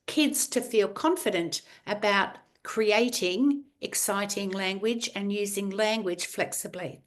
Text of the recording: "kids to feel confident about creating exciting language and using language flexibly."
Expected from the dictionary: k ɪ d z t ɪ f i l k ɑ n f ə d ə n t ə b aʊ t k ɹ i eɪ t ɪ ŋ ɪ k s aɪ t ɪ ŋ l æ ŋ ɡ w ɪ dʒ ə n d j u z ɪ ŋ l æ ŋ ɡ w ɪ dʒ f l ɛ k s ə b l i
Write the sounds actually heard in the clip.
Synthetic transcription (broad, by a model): k ɪ d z t ɪ f i l k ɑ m f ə d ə n t ə b aʊ t k ɹ i eɪ t ɪ ŋ ɪ k s aɪ t ɪ ŋ l æ ŋ ɡ w ɪ dʒ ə n j u z ɪ ŋ l æ ŋ ɡ w ɪ dʒ f l ɛ k s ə b l i